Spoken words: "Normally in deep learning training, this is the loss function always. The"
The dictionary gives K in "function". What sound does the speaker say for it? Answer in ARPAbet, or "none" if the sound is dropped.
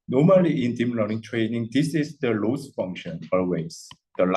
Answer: K